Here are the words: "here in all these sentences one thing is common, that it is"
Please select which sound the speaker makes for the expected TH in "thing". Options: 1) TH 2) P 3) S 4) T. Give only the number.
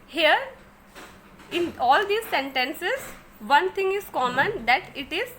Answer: 4